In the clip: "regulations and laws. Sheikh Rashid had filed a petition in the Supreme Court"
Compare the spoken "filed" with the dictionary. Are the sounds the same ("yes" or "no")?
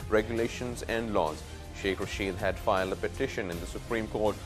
yes